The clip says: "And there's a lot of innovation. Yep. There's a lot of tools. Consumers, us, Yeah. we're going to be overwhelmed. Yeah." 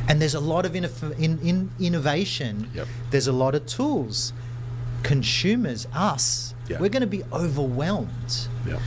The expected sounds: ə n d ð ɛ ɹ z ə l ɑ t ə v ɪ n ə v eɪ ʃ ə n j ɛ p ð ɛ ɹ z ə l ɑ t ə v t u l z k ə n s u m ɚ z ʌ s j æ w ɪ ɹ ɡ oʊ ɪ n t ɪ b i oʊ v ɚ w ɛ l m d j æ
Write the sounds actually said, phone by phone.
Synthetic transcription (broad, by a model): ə n ð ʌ ɹ z ə l ɑ t ə v ɪ n ə v eɪ ʃ ə n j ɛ ð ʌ ɹ z ə l ɑ t ə v t u l z k ə n s u m ɚ z ʌ s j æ w ɪ ɹ ɡ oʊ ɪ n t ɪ b i oʊ v ɚ w ɛ l m d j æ